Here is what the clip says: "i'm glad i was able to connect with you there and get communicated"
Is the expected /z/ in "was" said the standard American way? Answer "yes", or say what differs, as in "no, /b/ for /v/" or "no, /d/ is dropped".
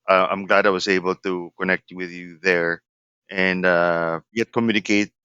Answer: yes